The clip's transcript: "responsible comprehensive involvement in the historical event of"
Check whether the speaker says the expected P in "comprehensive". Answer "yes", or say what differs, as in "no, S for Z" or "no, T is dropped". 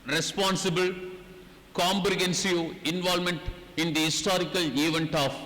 no, B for P